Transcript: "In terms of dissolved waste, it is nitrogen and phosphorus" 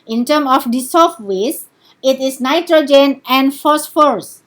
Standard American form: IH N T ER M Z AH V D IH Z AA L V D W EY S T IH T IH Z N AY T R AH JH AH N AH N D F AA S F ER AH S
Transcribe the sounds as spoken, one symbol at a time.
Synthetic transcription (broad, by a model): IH N T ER M AH F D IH S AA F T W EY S IH T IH S N AY T R AH JH AH N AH N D F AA S F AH S